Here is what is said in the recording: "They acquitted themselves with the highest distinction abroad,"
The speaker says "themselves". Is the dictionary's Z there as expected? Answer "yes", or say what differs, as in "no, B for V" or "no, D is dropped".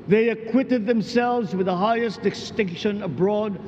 yes